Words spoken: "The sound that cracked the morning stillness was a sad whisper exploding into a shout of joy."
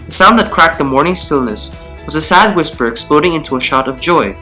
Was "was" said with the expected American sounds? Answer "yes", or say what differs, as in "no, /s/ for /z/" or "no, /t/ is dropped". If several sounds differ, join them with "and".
yes